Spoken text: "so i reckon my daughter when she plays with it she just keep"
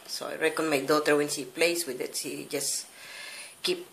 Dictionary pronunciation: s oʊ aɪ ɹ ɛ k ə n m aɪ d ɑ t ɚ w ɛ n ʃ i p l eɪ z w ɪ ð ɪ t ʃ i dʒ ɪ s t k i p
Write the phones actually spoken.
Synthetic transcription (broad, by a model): s oʊ aɪ ɹ ɛ k ə n m aɪ d ɑ t ɚ w ɛ n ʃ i p l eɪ s w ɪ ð ɪ t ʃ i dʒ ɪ s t k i p